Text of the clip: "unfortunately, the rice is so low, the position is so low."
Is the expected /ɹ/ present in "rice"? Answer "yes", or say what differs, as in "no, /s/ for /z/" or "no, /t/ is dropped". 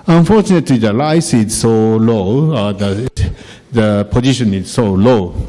no, /l/ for /ɹ/